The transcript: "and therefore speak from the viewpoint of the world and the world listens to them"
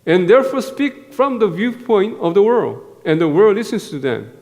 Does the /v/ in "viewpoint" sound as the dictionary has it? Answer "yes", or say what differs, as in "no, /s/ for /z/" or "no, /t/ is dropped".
yes